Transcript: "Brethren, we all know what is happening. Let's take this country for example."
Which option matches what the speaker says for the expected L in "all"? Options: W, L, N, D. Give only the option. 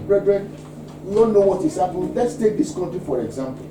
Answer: N